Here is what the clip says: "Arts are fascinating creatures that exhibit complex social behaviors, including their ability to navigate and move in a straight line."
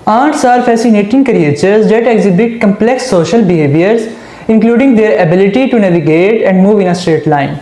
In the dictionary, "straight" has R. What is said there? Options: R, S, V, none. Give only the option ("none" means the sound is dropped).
R